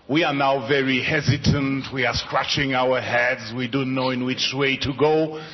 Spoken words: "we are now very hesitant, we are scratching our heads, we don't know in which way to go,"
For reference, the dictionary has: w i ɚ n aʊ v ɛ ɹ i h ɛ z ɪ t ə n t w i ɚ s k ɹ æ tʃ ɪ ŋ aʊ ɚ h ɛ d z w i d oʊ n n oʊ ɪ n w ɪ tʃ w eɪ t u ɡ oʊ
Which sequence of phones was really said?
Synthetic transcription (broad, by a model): w i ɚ n aʊ v ɛ ɹ i h ɛ z ɪ t ə n t w i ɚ s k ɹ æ tʃ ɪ ŋ aʊ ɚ h ɛ d z w i d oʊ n n oʊ ɪ n w ɪ tʃ w eɪ t u ɡ oʊ